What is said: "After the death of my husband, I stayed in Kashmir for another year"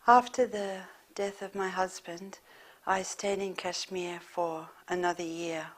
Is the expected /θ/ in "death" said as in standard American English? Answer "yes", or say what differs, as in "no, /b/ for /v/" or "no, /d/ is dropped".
yes